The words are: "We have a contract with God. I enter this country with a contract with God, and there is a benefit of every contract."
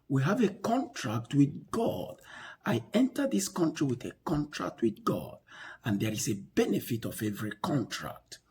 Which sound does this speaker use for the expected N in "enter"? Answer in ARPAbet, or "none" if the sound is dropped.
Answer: N